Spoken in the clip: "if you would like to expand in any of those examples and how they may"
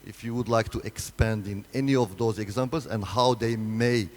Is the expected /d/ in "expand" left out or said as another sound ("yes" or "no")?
no